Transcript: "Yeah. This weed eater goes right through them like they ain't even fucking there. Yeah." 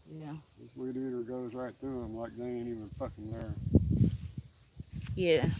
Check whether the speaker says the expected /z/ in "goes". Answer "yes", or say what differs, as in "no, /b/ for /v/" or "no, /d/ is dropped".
yes